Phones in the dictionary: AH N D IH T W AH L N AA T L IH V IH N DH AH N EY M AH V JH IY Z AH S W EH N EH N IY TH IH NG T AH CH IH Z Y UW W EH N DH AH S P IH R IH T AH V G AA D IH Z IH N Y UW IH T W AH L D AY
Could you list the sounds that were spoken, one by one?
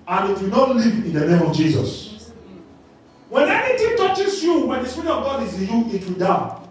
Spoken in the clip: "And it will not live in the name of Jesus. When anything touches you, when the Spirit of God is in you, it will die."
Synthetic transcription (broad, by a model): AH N IH T W AH L N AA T L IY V IH N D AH N EY M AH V JH IY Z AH S W EH N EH N IY T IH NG T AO CH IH S Y UW W EH N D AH S P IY R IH T AH V G AA D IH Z IH N Y UW IH T W AH L D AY